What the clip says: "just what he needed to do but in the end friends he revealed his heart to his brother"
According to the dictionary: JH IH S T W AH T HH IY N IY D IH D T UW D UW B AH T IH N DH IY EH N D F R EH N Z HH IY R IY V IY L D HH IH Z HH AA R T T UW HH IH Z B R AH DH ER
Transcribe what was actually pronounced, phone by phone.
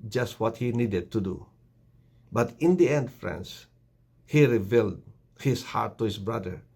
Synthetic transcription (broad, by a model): JH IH S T W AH T HH IY N IY D IH D T UW D UW B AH T IH N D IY EH N D F R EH N S HH IY R IY V IY L D HH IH S HH AA R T T UW HH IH S B R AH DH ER